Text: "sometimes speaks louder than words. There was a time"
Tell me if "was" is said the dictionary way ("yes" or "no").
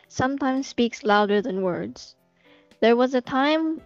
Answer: yes